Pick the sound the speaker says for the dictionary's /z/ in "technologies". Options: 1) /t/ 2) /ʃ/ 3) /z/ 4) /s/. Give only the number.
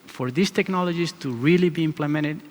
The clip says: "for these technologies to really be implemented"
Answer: 4